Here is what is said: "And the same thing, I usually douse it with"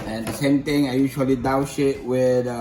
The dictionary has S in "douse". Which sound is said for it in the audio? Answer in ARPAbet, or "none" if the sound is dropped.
SH